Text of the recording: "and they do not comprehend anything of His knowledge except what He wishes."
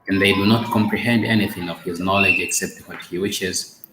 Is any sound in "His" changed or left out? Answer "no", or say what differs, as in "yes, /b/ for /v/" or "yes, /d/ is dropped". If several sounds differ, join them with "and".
no